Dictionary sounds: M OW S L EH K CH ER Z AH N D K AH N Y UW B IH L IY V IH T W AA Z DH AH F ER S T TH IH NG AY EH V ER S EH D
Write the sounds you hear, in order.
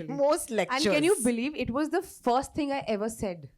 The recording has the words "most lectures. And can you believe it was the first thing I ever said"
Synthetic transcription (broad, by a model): M OW S L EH K ER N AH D K AH N Y UW B IH L IY V IH T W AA Z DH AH F ER S T T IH NG AY EH V ER S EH D